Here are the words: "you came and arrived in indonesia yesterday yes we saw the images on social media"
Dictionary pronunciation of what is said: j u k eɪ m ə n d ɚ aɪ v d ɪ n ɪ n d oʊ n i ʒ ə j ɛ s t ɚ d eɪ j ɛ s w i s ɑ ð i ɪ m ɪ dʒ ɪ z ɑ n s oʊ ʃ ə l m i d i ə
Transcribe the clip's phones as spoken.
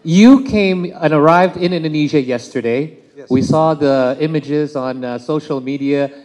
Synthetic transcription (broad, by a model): j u k eɪ m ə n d ɚ aɪ v d ɪ n ɪ n d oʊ n i ʒ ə j ɛ s t ɚ d eɪ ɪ w i s ɑ ð i ɪ m ɪ dʒ ɪ z n s oʊ ʃ l m i d i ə